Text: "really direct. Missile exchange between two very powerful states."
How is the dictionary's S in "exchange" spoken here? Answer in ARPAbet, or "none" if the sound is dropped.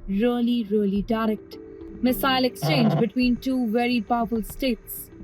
S